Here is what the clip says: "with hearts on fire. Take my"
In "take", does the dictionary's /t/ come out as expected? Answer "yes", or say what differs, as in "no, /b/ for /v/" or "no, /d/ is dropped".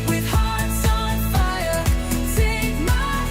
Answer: no, /s/ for /t/